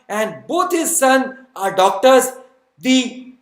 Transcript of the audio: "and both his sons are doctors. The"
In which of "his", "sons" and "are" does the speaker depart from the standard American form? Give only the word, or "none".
sons